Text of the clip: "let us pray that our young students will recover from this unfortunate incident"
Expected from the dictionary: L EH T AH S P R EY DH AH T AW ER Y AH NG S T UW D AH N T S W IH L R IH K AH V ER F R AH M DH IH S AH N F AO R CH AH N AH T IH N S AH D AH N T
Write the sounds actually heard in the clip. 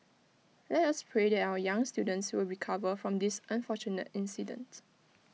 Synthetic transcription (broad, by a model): L EH T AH S P R EY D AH T AW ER Y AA NG S T UW D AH N T S W IH L R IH K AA V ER F R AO M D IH S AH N F AO CH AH N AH T IH N S AH D AH N T